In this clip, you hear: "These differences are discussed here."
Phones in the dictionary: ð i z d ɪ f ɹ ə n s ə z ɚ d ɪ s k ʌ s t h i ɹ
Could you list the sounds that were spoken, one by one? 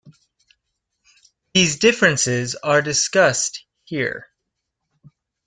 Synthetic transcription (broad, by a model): ð i z d ɪ f ɹ ə n s ə z ɚ d ɪ s k ʌ s t h i ɹ